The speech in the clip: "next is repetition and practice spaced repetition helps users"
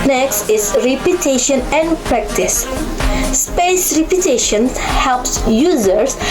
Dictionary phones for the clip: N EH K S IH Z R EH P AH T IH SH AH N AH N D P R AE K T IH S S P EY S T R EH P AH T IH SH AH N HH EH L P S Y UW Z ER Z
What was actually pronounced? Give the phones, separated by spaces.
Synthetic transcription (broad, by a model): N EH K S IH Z R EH P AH T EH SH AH N AH N D P R AE K T IH S S P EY S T R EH P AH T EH SH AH N HH EH L P S Y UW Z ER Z